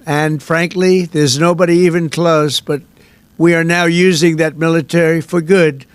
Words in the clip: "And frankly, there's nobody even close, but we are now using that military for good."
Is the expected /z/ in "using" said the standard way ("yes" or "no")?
yes